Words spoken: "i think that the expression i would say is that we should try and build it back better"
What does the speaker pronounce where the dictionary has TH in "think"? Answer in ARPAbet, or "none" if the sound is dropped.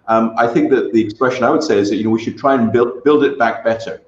TH